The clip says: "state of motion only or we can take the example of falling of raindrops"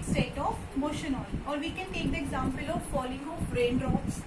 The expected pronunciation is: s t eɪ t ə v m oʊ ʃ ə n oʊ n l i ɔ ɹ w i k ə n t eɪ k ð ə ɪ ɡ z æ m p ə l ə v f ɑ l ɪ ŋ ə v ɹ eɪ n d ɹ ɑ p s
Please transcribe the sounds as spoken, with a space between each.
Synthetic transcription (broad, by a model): s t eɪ t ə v m oʊ ʃ ə n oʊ l ɔ ɹ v i k ə n t eɪ k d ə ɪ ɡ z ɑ m p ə l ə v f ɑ l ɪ ŋ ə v ɹ eɪ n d ɹ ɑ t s